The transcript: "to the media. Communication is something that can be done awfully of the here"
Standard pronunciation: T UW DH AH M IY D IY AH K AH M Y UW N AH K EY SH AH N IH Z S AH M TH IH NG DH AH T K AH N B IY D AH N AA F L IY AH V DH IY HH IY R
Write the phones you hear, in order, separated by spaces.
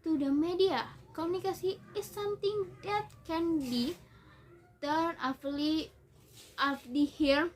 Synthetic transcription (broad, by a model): T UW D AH M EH D IY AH K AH M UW N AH K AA S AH IH S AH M T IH NG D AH T K AH N B IY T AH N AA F L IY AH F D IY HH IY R